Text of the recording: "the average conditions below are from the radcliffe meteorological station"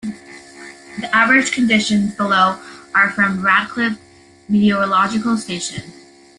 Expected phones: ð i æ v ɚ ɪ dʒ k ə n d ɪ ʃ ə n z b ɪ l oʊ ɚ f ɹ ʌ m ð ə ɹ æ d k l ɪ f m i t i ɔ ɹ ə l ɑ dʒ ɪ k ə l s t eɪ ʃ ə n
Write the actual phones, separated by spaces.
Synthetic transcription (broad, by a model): ð i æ v ɚ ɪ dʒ k ə n d ɪ ʃ ə n z b ɪ l oʊ ɚ f ɹ ʌ m ɹ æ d k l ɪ p m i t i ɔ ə l ɑ dʒ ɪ k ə l s t eɪ ʃ ə n